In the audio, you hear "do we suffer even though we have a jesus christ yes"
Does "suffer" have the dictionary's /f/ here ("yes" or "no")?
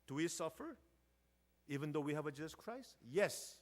yes